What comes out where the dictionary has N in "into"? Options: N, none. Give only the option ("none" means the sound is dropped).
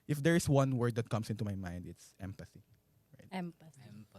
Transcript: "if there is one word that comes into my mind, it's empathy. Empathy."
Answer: N